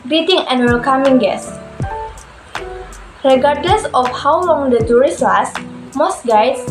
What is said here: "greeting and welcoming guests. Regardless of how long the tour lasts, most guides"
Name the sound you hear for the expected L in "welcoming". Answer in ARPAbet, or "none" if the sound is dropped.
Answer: L